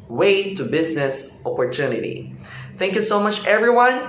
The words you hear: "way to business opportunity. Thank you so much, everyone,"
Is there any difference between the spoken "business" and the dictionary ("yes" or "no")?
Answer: no